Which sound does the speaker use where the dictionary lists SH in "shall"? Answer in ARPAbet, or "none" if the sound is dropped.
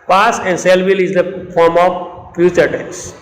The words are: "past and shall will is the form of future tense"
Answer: S